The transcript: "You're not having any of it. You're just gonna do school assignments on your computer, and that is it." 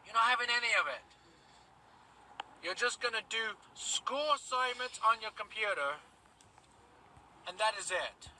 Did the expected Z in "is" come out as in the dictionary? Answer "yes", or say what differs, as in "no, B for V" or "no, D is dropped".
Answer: yes